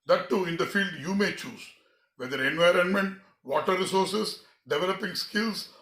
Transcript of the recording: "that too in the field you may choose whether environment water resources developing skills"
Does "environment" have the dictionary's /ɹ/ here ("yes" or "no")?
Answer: yes